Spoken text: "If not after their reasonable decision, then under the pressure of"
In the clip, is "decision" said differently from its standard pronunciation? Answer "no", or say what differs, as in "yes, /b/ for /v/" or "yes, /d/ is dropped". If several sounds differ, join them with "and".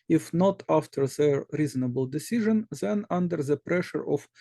no